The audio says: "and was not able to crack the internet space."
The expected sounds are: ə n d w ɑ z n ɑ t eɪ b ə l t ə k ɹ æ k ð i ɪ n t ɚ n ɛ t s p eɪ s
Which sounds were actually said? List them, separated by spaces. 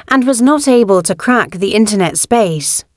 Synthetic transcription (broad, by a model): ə n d w ɑ z n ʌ t eɪ b ə l t ə k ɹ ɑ k ð i ɪ n t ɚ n ɛ t s p eɪ s